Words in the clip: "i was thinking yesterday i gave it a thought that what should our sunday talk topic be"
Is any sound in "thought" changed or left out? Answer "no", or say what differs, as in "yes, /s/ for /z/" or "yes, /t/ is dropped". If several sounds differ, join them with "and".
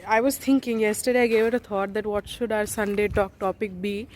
yes, /t/ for /θ/